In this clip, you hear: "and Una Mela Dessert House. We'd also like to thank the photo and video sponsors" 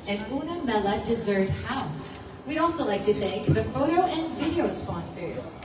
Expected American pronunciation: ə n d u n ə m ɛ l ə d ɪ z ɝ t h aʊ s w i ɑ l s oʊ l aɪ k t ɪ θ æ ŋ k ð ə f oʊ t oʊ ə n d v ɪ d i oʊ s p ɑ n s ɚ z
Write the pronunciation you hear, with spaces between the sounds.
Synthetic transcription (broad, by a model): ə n u n ə m ɛ l ə d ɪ z ɝ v h aʊ s w i ɑ l s oʊ l aɪ k t ɪ θ æ ŋ k ð ə f oʊ t oʊ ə n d v ɪ d i oʊ s p ɑ n s ɚ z